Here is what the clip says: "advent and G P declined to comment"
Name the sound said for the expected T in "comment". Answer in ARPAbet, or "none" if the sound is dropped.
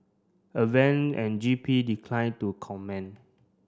none